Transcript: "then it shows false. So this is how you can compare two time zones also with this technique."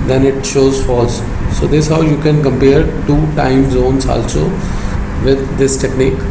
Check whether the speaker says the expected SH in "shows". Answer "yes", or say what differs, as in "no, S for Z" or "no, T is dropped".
yes